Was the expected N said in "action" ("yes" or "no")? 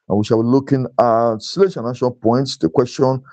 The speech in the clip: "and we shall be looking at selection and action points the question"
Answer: no